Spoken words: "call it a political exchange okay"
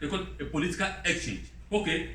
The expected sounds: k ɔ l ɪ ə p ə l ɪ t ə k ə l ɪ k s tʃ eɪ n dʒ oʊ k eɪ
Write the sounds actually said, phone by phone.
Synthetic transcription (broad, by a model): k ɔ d ə p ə l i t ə k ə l ɪ k s tʃ eɪ n dʒ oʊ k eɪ